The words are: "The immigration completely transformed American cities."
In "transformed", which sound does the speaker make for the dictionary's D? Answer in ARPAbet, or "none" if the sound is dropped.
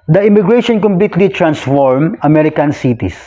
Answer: none